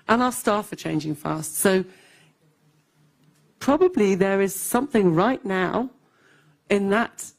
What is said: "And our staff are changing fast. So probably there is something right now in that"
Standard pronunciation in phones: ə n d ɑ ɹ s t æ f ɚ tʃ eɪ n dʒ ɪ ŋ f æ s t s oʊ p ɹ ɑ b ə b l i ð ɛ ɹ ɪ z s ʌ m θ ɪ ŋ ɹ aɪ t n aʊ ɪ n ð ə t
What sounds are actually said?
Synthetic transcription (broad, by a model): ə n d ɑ l s t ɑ f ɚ tʃ eɪ n dʒ ɪ ŋ f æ s t s oʊ p ɹ ɑ b ə b l i ð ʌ ɹ ɪ z s ʌ m θ ɪ ŋ ɹ aɪ t n aʊ ɪ n ð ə t